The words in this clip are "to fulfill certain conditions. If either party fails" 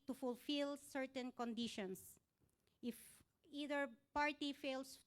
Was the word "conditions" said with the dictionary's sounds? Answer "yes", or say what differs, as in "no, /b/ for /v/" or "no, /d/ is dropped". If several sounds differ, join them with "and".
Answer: no, /s/ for /z/